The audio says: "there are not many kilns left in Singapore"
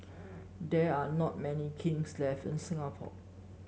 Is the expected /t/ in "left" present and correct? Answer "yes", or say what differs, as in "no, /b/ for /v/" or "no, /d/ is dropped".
no, /t/ is dropped